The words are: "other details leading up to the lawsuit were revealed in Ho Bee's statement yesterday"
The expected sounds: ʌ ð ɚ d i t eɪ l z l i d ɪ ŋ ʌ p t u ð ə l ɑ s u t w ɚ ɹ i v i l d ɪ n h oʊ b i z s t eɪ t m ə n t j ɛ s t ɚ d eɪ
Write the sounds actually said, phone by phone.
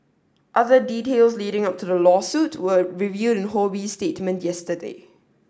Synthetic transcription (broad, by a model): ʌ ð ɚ d i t eɪ l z l i d ɪ ŋ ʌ p t u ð ə l ɑ s u t w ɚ ɹ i v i d ɪ n h oʊ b i s t eɪ t m ə n t j ɛ s t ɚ d eɪ